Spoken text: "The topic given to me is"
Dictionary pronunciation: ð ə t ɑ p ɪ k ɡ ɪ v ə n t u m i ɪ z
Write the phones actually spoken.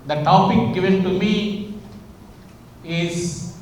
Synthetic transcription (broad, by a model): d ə t ɑ p ɪ k ɡ ɪ v ə n t u m i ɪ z